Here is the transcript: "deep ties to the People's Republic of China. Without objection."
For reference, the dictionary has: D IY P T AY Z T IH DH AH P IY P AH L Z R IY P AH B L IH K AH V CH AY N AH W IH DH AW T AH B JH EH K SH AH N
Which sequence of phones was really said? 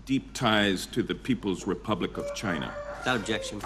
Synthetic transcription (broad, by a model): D IY P T AY Z T IH DH AH P IY P AH L Z R IY P AH B L IH K AH V CH AY N AH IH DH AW T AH B JH EH K SH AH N